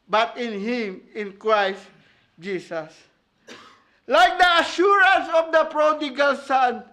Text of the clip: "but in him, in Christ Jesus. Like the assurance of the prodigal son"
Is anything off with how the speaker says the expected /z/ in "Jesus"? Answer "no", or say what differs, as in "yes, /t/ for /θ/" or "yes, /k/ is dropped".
yes, /s/ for /z/